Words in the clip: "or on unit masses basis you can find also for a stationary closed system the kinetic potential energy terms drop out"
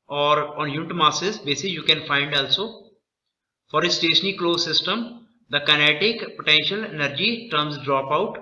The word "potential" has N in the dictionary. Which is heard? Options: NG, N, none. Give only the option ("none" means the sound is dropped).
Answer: N